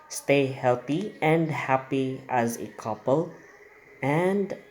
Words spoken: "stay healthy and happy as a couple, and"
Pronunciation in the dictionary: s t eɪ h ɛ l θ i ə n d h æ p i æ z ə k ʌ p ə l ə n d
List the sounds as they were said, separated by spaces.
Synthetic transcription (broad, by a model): s t eɪ h ɛ l t i ə n d h æ p i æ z ə k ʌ p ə l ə n d